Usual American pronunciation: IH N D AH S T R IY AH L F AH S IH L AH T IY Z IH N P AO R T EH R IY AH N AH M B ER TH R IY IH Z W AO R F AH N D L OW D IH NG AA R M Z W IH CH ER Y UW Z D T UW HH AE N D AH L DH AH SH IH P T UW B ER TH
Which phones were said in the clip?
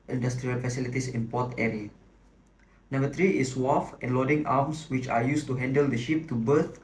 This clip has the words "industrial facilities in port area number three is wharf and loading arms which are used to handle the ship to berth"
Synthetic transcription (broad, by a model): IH N D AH S T R IY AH L F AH S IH L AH T IY S IH N P AO T EH R IY AH N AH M B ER T R IY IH S W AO F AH N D L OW D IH NG AA M S W IH CH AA Y UW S T UW HH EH N D AH L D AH SH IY P T UW B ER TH